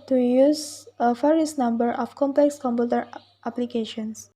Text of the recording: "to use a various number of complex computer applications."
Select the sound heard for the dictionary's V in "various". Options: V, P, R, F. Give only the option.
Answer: F